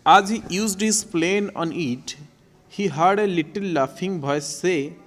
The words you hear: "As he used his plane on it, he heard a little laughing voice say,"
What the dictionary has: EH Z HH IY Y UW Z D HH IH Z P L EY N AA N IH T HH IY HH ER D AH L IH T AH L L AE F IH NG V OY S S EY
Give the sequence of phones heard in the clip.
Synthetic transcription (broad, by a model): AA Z HH IY Y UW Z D HH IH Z P L EY N AA N IH T HH IY HH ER D AH L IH T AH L L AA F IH NG B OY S S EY